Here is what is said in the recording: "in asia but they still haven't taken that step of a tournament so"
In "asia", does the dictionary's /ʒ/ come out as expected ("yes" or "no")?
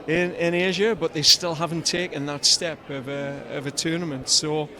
yes